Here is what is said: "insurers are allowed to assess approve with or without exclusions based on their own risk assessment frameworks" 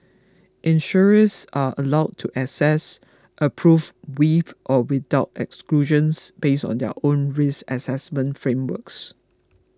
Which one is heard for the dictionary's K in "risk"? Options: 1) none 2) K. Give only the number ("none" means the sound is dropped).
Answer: 1